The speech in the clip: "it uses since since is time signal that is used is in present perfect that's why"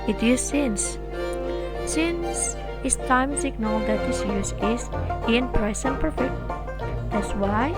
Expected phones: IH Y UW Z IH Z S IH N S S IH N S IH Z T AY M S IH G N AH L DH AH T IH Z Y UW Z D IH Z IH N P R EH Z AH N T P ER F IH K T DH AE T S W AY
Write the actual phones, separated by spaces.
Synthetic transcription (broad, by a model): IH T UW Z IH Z S IH N S S IH N S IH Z T AY M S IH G N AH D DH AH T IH S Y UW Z IH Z IH N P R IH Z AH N P ER F IH K T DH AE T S W AY